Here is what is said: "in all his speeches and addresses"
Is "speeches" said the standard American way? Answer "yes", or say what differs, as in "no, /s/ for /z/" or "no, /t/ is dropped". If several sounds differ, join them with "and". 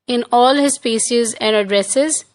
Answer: no, /ʃ/ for /tʃ/